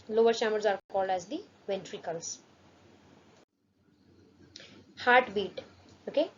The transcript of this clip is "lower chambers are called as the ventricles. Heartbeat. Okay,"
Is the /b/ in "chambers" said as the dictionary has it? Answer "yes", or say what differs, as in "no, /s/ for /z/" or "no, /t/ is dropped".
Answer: no, /b/ is dropped